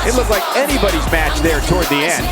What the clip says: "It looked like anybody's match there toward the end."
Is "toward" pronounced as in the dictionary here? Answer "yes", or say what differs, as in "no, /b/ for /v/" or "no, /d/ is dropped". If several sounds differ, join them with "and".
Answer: yes